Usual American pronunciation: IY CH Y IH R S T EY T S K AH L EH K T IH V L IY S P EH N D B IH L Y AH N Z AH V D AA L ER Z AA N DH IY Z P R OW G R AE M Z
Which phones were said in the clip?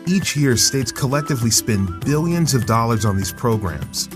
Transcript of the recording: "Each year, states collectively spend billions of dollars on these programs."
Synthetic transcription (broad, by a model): IY CH Y IH R S T EY T S K AH L EH K T IH V L IY S P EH N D B IH L Y AH N Z AH V D AA L ER Z N DH IY Z P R OW G R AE M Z